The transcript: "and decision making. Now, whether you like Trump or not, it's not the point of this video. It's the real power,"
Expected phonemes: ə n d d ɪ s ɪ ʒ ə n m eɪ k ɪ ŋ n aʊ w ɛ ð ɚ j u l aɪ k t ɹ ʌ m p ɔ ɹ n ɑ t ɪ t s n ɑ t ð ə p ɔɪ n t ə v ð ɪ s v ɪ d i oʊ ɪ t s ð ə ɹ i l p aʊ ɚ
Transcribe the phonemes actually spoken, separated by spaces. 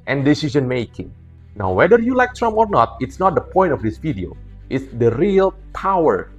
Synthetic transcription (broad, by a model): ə n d d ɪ s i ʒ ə n m eɪ k ɪ ŋ n aʊ w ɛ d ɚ j u l aɪ k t ɹ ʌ m ɔ ɹ n ɑ t ɪ t s n ɑ t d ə p ɔɪ n t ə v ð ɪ s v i d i oʊ ɪ t s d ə ɹ i l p aʊ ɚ